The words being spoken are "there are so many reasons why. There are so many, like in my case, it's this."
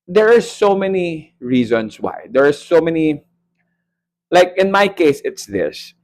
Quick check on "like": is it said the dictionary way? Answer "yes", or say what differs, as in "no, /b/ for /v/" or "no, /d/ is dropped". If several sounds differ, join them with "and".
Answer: yes